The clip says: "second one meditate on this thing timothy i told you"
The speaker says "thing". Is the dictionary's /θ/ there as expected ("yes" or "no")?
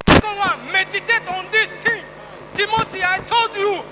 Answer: no